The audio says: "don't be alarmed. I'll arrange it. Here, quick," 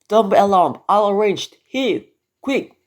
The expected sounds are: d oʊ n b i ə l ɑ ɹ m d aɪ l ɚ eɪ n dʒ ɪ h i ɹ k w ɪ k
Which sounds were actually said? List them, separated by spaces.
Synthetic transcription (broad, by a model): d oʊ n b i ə l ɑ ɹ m aɪ l ɚ eɪ n dʒ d h i ɹ k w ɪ k